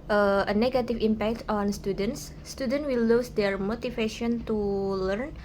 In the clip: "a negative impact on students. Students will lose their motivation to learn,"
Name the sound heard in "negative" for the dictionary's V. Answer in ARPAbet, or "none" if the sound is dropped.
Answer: F